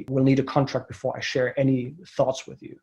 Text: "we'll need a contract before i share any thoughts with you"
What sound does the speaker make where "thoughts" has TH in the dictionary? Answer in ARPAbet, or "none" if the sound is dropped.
TH